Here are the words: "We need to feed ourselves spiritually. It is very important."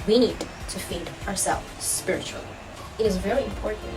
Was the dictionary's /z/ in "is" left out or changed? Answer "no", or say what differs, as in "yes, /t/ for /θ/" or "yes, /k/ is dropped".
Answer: no